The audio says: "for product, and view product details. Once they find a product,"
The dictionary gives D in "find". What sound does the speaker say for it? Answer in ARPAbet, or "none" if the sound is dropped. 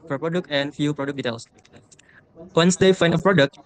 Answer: none